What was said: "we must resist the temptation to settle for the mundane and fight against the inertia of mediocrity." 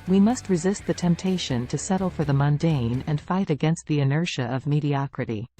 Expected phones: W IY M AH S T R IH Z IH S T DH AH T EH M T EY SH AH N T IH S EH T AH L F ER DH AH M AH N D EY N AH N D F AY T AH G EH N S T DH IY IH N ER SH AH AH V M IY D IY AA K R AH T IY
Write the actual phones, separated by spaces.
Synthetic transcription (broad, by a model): W IY M AH S T R IH Z IH S T DH AH T EH M T EY SH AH N T IH S EH T L F ER DH AH M AH N D EY N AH N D F AY T AH G EH N S T DH IY IH N ER SH AH AH V M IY D IY AA K R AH T IY